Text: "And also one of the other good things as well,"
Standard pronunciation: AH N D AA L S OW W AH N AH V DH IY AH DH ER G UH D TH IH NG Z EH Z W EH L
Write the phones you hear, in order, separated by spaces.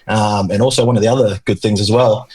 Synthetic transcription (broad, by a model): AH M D AA L S OW W AH N AH V DH IY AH DH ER G UH D TH IH NG Z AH Z W EH L